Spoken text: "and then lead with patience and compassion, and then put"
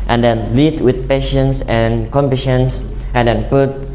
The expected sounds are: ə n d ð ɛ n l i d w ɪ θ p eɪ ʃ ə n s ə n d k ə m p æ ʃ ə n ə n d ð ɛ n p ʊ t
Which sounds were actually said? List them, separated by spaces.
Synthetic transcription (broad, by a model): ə n d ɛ n l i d w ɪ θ p eɪ ʃ ə n s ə n k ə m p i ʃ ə n ə n d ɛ n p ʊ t